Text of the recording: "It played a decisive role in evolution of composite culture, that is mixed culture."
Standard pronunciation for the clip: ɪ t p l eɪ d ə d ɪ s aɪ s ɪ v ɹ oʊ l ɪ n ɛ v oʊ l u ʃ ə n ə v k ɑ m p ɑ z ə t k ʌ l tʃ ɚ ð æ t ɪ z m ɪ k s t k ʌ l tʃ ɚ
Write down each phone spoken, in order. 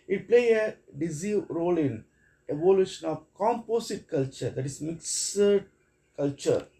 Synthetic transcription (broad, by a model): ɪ t p l eɪ ə d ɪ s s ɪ ɹ oʊ l ɪ n ɛ v oʊ l u ʃ ə n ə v k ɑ m p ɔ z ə t k ʌ l tʃ ɚ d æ t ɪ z m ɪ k s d k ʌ l tʃ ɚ